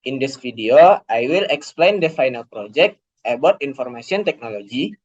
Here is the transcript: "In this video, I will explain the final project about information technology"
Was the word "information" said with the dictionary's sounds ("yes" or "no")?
no